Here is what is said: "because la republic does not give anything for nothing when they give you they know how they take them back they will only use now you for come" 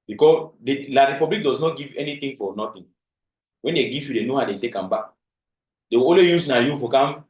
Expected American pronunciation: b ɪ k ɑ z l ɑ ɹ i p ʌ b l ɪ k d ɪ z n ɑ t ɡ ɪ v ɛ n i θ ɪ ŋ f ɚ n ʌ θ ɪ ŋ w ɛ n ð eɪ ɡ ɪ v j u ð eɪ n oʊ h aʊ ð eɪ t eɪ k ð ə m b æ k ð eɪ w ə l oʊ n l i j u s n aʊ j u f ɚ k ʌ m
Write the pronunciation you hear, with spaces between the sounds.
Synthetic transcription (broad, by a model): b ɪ k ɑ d l ɑ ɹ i p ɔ b l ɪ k d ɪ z n ɑ t ɡ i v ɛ n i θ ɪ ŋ f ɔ n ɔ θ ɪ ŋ w ɛ n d eɪ ɡ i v j u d eɪ n oʊ h aʊ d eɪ t eɪ k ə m b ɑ k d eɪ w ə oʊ l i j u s n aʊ j u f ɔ k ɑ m